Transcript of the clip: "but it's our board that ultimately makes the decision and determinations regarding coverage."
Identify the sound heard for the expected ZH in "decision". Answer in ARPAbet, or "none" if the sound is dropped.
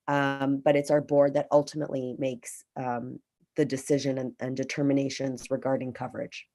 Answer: ZH